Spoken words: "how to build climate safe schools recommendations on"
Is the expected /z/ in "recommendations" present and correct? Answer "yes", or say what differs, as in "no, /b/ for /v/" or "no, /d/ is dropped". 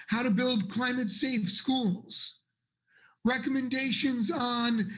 yes